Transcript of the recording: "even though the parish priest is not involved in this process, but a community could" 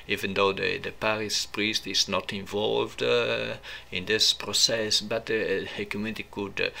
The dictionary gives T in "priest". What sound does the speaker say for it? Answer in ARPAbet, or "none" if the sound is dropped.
T